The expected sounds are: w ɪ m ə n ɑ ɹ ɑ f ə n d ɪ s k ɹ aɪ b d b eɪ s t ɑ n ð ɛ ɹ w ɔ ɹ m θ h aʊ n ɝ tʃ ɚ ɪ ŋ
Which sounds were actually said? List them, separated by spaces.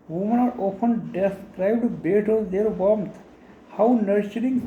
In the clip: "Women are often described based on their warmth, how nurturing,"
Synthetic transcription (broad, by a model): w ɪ m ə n ɑ ɹ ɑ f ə n d ɪ s k ɹ aɪ b d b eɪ t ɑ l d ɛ ɹ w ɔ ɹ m t h aʊ n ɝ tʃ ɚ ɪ ŋ